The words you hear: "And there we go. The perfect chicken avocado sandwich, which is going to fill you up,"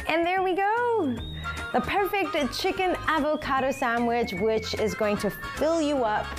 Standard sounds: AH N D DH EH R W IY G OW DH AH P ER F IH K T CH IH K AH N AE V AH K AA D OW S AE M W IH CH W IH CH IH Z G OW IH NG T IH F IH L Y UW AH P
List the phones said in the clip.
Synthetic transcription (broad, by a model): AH N DH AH R W IY G OW DH AH P ER F IH K T CH IH K AH N AE V AH K AA D OW S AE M W IH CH W IH CH IH Z G OW IH NG T IH F IH L Y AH AH P